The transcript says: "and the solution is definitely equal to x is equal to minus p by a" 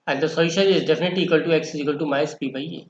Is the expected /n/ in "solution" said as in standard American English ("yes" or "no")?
no